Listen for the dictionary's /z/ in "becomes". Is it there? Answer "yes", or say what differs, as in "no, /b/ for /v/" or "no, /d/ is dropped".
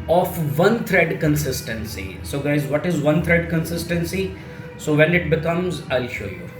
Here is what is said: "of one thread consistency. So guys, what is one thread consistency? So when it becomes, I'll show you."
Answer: yes